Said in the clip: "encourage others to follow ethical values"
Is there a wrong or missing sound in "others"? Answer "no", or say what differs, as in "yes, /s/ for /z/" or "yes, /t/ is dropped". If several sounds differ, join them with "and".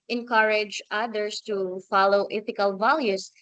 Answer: yes, /s/ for /z/